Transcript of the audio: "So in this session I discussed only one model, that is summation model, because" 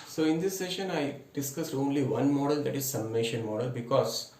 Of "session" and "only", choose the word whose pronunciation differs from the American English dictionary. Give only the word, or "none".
none